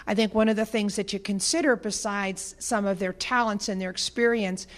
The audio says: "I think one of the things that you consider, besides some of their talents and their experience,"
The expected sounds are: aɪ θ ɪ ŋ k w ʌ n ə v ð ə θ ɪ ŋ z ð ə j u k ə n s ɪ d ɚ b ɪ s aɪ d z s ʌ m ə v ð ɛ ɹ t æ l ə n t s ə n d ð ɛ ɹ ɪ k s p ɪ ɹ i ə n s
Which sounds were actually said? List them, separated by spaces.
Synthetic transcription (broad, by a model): aɪ θ ɪ ŋ k w ʌ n ə v ð ə θ ɪ ŋ z ð ə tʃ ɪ k ə n s ɪ d ɚ b ɪ s aɪ d z s ʌ m ə v ð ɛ ɹ t æ l ə n t s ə n ð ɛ ɹ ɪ k s p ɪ ɹ i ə n s